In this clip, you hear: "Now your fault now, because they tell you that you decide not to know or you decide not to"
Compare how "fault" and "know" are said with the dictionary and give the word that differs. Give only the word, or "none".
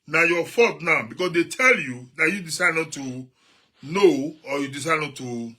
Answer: fault